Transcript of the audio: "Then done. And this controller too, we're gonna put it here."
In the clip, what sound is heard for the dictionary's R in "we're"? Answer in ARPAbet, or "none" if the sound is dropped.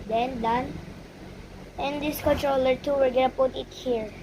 L